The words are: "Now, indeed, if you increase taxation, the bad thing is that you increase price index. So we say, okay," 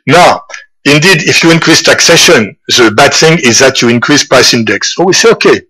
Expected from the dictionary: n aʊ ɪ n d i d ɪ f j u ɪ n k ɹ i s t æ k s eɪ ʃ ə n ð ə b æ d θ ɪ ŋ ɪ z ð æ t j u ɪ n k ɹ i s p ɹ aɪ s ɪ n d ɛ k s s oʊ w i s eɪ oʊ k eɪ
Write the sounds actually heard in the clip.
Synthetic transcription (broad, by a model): n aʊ ɪ n d i d ɪ f j u ɪ n k ɹ i s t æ k s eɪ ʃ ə n ð ə b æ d θ ɪ ŋ ɪ z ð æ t j u ɪ n k ɹ i s p ɹ aɪ s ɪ n d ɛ k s s oʊ w i s eɪ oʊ k eɪ